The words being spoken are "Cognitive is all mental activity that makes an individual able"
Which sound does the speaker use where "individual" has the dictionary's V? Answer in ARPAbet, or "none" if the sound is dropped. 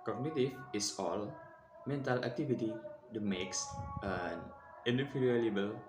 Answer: F